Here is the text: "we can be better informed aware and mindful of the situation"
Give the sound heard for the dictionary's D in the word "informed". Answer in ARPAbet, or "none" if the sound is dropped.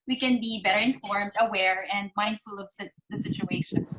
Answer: D